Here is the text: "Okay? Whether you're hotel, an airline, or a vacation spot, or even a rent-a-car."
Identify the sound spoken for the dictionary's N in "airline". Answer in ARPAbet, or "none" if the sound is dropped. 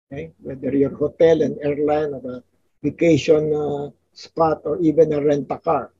N